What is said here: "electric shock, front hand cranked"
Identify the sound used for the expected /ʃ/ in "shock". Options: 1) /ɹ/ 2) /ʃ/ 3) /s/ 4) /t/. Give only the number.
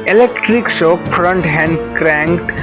3